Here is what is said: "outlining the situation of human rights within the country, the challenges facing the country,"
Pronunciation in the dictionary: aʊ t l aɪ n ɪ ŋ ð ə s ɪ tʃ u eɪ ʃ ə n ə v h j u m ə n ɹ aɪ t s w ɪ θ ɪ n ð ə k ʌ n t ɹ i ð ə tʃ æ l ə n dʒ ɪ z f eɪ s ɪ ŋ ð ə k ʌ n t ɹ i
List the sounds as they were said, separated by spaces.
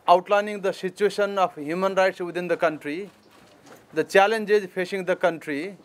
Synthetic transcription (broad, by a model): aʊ t l aɪ n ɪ ŋ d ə s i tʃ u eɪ s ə n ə p h j u m ə n ɹ aɪ t s w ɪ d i n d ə k ʌ n t ɹ i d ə tʃ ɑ l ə n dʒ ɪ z p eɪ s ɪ ŋ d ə k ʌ n t ɹ i